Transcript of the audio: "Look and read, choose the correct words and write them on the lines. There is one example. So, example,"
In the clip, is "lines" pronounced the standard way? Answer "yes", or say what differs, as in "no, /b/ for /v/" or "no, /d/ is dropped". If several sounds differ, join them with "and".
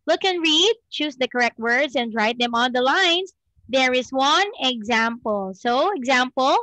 no, /s/ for /z/